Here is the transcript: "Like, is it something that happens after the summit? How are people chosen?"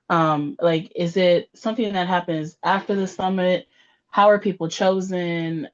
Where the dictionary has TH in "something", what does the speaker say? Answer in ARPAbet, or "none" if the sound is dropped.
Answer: TH